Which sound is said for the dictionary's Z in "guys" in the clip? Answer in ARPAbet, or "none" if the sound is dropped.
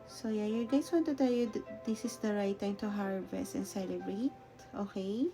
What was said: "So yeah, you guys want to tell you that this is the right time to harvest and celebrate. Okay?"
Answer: S